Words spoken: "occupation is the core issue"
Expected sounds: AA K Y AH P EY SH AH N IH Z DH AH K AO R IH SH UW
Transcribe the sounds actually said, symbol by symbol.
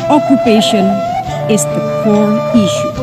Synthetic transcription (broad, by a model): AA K Y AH P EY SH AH N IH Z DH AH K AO L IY SH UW